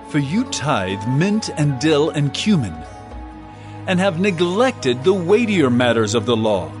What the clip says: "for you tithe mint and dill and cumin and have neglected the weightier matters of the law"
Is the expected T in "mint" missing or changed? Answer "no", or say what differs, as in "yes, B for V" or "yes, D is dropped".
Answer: no